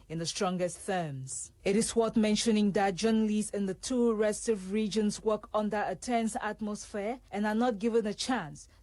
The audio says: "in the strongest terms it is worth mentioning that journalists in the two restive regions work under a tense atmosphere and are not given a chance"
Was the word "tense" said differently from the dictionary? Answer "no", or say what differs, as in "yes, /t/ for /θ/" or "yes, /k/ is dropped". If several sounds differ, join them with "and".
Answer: no